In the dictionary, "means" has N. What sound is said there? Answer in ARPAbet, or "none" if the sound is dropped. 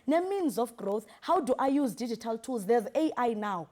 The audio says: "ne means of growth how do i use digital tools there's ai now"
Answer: N